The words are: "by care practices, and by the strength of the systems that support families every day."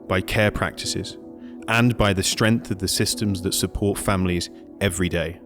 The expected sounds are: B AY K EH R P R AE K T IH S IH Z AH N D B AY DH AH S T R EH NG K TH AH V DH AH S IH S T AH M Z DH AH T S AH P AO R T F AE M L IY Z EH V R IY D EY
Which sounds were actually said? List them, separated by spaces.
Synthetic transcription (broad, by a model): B AY K EH P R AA K T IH S IH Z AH N B AY DH AH S T R EH NG K TH AH V DH AH S IH S T AH M Z DH AH T S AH P AO T F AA M L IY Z EH V R IY D EY